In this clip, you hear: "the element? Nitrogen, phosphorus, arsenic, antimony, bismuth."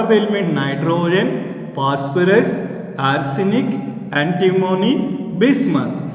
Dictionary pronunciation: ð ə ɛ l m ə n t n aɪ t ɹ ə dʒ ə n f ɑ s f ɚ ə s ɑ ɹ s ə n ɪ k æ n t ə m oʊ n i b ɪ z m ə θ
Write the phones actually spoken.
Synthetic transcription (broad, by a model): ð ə l m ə t n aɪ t ɹ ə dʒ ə n p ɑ s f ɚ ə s ɑ ɹ s ə n ɪ k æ n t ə m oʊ n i b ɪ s m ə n